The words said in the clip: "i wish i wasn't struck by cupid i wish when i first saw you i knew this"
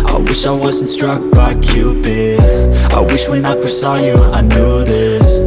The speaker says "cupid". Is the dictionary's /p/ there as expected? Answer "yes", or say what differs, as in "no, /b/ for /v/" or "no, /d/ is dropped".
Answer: no, /b/ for /p/